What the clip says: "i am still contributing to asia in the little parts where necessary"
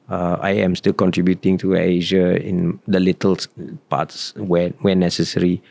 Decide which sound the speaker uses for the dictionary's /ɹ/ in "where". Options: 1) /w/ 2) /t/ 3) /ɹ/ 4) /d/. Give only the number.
1